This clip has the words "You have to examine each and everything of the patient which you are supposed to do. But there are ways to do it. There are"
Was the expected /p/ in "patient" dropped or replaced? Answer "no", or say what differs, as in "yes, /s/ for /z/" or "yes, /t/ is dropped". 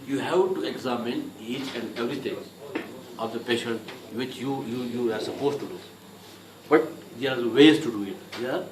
no